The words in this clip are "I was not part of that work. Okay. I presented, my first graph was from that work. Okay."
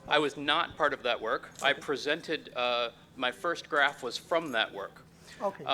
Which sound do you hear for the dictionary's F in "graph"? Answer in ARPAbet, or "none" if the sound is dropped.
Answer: F